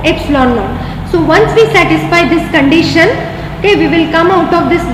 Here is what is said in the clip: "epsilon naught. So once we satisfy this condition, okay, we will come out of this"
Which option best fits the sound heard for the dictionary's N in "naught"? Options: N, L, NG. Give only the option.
L